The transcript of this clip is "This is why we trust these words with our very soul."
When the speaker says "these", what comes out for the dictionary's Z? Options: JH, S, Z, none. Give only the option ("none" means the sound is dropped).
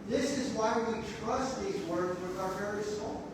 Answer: Z